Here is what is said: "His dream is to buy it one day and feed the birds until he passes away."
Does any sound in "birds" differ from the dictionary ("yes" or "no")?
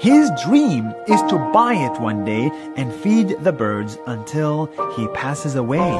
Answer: no